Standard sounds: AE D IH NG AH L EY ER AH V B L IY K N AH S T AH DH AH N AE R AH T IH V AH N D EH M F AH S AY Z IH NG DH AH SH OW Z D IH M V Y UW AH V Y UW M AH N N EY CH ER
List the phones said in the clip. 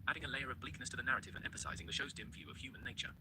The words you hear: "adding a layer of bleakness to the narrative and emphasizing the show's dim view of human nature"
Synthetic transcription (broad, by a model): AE D IH NG AH L EY ER AH V B L IY K N AH S T AH DH AH N AE R AH T IH V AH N EH M F AH S AY Z IH NG DH AH SH OW Z D IH M V Y UW AH V Y UW M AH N N EY CH ER